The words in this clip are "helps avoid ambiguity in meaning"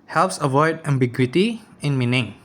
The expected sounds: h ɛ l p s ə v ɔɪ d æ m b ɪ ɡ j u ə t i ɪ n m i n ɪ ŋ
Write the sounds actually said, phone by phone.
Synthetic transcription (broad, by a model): h ɛ l p s ə v ɔɪ d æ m b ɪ ɡ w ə t i ɪ n m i n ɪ ŋ